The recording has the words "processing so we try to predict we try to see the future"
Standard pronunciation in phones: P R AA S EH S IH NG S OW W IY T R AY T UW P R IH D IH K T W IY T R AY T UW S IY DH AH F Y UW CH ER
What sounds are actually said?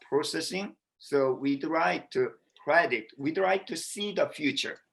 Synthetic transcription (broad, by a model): P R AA S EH S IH NG S OW W IY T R AY T UW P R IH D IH T W IY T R AY T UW S IY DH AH F Y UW CH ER